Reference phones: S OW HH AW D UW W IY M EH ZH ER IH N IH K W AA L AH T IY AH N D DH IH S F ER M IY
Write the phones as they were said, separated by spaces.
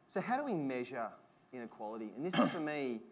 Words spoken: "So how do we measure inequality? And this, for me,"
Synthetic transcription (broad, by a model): S OW HH AW D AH W IY M EH ZH ER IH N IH K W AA L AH T IY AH N DH IH S F ER M IY